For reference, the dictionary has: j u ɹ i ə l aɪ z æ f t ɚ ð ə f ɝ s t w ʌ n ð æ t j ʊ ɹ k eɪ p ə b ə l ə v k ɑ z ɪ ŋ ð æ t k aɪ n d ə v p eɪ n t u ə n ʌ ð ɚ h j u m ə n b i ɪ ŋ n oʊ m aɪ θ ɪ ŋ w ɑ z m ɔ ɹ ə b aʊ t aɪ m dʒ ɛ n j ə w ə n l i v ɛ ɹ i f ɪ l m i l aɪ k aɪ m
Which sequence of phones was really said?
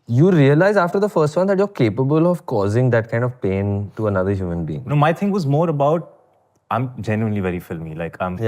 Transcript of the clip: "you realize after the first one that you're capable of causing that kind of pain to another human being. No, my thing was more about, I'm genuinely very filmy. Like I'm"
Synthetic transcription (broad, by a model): j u ɹ i ə l aɪ z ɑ f t ɚ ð ə f ɝ s t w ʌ n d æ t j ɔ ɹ k eɪ p ə b ə l ə v k ɑ z ɪ ŋ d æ t k aɪ n d ə v p eɪ n t u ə n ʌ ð ɚ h j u m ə n b i ɪ ŋ n oʊ m aɪ t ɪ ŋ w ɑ z m ɔ ɹ ə b aʊ t aɪ m dʒ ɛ n j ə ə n l i v ɛ ɹ i f ɪ l m i l aɪ k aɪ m